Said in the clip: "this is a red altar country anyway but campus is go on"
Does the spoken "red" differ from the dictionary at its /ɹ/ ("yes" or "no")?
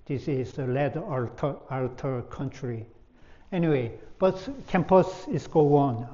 yes